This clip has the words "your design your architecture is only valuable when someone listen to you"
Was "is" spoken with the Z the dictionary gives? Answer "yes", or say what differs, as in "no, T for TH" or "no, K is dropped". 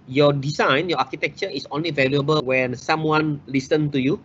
no, S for Z